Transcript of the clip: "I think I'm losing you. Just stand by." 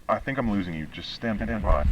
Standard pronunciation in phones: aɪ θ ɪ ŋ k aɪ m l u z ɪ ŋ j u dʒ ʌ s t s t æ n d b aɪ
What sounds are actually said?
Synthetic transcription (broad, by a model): aɪ θ ɪ ŋ k aɪ m l u z ɪ ŋ j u dʒ ʌ s t s t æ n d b aɪ